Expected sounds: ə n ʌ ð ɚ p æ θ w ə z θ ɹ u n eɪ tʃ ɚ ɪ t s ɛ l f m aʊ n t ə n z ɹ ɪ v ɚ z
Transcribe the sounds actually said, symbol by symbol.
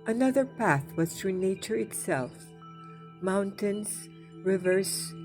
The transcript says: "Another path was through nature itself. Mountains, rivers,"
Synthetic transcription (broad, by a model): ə n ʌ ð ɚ p æ θ w ə z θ ɹ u n eɪ tʃ ɚ ɪ t s ɛ l f m aʊ n t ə n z ɹ ɪ v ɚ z